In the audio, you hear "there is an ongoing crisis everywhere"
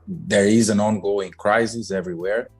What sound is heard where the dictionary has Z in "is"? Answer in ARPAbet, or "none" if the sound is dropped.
Z